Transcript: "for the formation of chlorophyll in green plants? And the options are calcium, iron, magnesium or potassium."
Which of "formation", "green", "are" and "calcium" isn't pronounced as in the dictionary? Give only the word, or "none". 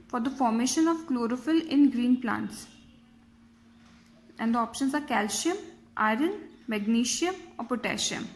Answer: calcium